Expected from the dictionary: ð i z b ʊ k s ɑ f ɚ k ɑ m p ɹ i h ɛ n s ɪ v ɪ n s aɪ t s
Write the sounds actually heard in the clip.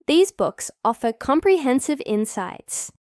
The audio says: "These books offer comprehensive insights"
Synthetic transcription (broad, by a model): ð i z b ʊ k s ɑ f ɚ k ɑ m p ɹ i h ɛ n s ɪ v ɪ n s aɪ t s